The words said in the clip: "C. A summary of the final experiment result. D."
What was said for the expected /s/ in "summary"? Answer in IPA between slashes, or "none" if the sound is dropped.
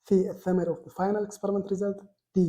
/θ/